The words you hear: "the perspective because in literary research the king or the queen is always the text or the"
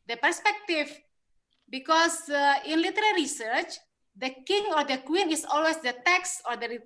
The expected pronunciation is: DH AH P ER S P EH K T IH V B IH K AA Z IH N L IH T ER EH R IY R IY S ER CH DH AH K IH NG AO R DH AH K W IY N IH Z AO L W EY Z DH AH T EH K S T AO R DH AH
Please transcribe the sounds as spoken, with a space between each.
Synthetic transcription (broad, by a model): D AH P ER S P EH K T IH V B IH K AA S IH N L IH T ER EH R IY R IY S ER CH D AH K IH NG AO R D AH K W IY N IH S AO L W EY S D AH T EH K S AO R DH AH